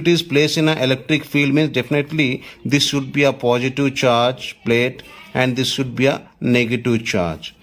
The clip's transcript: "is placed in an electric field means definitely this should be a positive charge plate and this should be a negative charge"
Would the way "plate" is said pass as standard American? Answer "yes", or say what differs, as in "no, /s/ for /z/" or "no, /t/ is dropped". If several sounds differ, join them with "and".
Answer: yes